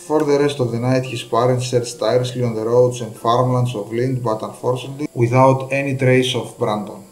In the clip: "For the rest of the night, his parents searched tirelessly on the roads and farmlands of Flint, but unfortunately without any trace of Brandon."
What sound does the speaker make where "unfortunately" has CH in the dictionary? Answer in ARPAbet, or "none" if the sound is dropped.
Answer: S